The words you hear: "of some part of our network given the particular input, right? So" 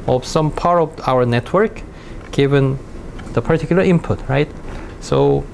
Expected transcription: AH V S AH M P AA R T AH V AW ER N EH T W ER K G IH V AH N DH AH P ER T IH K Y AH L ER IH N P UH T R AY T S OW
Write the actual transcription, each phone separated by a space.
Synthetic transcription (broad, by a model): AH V S AH M P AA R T AH V AW ER N EH T W ER K G IH V AH N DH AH P ER T IH K Y AH L ER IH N P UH T R AY T S OW